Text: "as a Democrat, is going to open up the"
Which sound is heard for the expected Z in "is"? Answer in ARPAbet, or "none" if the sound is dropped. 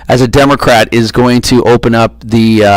Z